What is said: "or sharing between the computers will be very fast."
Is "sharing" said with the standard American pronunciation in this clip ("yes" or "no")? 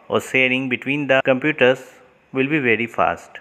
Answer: no